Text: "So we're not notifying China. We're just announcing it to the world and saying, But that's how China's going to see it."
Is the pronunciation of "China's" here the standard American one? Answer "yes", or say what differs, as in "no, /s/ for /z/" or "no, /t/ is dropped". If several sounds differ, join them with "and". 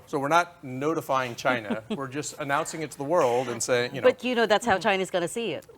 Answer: yes